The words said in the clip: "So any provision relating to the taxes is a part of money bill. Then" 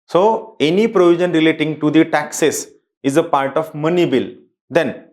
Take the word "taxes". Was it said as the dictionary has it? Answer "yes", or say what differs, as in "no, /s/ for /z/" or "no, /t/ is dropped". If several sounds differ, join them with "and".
no, /s/ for /z/